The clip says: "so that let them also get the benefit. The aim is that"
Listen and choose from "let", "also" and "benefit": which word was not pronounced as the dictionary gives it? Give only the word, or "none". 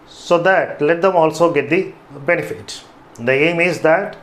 none